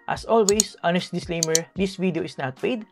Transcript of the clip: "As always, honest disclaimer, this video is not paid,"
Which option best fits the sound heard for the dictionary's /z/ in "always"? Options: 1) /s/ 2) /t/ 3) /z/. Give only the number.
1